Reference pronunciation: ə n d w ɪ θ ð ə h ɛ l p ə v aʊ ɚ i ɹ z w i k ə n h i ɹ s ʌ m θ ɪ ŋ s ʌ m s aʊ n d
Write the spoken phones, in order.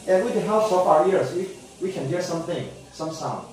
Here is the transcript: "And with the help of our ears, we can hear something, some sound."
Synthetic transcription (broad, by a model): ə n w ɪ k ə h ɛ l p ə p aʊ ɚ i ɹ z w i k ə n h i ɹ s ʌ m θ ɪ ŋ s ʌ m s aʊ n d